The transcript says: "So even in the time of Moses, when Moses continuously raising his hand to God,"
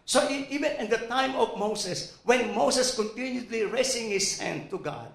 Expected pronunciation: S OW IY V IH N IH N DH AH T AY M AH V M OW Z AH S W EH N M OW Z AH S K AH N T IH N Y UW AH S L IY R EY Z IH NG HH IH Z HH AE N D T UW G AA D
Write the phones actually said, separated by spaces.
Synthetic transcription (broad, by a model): S OW IY V IH N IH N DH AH T AY M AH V M OW S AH S W EH N M OW S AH S K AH N T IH N Y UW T L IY R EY S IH NG HH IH S HH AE N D T UW G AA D